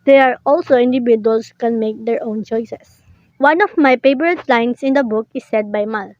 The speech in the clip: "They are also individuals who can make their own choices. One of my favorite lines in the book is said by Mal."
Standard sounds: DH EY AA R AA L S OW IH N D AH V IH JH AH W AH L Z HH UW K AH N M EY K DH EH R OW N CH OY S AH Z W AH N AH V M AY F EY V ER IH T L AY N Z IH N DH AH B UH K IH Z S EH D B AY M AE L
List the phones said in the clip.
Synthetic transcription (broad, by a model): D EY AA R AA L S OW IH N D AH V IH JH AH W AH L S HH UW K AH N M EY K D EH R OW N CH OY S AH S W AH N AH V M AY P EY P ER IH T L AY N S IH N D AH B UH K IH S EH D B AY M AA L